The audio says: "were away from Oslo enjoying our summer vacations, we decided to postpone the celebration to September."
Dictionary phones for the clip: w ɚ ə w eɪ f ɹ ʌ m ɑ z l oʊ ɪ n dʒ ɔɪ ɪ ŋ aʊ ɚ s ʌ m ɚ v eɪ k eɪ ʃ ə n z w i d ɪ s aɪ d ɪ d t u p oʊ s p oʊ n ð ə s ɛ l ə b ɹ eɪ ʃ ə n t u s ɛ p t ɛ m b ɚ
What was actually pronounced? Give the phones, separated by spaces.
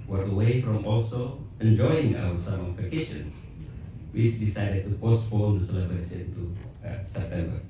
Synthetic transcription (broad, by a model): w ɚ ə w eɪ f ɹ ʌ m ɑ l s oʊ ɪ n dʒ ɔɪ ɪ ŋ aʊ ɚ s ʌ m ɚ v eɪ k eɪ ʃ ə n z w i d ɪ s aɪ d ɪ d t u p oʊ s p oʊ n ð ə s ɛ l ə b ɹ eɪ s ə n t u s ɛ p t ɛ m b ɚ